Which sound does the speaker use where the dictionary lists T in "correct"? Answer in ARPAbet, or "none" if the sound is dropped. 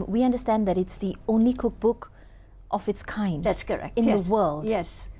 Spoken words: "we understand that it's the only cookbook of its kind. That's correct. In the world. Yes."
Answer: none